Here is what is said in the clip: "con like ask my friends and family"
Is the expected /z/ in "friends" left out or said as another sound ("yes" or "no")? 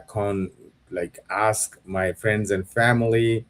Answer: no